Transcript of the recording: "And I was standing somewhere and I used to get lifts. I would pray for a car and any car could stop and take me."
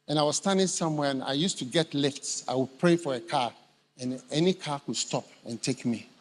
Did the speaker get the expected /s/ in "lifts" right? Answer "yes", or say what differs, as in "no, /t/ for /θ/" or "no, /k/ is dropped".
yes